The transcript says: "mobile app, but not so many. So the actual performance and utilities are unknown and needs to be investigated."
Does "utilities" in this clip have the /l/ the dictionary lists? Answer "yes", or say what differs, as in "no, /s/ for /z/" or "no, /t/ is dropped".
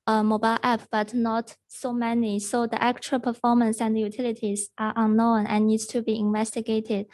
yes